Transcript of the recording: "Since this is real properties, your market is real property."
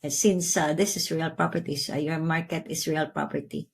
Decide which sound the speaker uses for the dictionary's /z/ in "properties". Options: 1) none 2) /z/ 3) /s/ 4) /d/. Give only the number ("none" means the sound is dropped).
3